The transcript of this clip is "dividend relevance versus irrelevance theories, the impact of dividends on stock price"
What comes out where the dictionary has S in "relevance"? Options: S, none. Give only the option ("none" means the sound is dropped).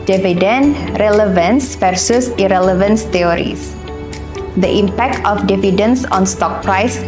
S